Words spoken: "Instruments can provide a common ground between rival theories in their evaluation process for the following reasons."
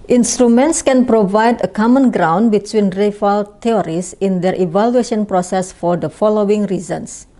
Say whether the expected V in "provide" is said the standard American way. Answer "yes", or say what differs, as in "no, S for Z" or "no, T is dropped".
yes